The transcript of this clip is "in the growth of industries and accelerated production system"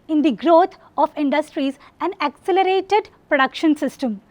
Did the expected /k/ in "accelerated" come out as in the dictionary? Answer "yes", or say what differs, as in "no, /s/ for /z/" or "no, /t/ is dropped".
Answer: yes